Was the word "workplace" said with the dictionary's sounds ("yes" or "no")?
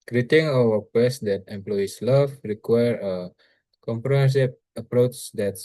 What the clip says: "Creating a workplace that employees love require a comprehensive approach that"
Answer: no